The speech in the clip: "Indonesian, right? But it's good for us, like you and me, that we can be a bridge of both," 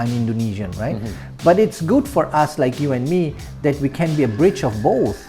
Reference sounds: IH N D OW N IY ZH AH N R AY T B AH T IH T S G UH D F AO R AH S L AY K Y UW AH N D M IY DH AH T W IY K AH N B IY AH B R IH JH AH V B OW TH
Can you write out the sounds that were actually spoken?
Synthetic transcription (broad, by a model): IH N D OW N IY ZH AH N R AY T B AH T IH T S G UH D F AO R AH S L AY K Y UW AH N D M IY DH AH T W IY K AH N B IY AH B R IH CH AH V B OW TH